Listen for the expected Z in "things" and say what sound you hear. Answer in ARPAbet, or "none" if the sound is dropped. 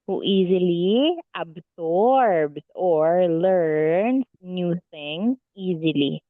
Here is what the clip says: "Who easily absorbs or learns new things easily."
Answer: none